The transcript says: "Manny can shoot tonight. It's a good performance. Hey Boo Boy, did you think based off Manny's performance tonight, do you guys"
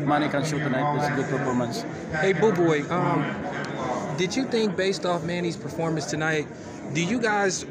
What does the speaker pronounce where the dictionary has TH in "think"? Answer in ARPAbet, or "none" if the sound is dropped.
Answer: TH